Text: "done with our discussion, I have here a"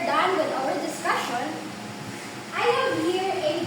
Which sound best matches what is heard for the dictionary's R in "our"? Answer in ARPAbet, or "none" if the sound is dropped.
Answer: L